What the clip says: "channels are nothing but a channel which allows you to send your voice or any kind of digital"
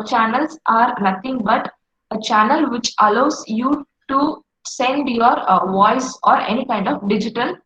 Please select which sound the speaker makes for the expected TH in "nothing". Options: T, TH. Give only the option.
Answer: T